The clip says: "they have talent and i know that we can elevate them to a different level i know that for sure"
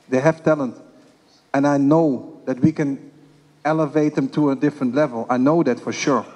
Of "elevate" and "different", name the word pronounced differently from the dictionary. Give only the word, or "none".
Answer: none